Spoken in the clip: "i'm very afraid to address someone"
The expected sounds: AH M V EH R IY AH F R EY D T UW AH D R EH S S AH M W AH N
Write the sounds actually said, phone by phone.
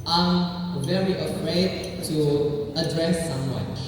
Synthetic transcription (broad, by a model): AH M V EH R IY AH F R EY D T UW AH D R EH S S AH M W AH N